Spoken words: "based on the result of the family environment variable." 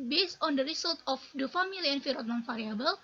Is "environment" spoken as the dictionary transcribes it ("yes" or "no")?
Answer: no